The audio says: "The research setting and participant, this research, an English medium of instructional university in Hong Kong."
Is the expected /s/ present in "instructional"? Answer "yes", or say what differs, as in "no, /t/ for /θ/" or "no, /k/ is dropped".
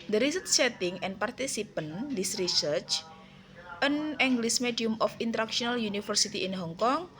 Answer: no, /s/ is dropped